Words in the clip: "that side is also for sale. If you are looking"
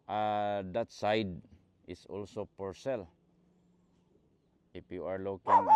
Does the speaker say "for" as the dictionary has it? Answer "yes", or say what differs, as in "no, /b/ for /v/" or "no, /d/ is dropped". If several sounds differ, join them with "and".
no, /p/ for /f/